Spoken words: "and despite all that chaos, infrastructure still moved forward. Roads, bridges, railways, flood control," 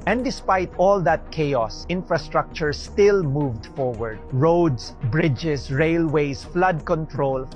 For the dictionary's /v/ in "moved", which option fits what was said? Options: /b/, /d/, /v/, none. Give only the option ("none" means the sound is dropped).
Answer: /v/